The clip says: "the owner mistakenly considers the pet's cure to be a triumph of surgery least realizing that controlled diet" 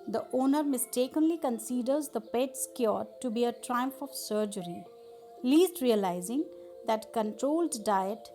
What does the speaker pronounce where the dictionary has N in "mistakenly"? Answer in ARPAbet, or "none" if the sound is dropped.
N